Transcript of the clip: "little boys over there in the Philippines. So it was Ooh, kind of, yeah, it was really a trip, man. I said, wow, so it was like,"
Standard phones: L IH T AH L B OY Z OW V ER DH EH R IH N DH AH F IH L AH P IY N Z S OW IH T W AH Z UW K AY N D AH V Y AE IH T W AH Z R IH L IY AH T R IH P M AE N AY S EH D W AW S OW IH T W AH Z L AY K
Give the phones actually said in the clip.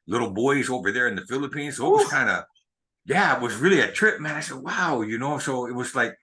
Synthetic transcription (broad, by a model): L IH T L B OY Z OW V ER DH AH R IH N DH AH F IH L AH P IY N Z S OW IH T W AH Z K AY N D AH Y AE IH T W AH Z R IH L IY AH T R IH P M AE N AY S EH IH W AW S OW IH T W AH Z L AY K